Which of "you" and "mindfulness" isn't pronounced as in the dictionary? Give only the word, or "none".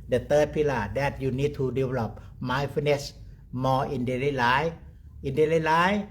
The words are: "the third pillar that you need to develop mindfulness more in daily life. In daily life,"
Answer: mindfulness